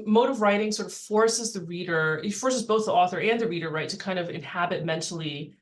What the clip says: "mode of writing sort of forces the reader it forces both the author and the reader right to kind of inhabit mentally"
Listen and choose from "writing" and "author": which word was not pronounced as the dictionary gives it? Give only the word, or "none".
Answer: none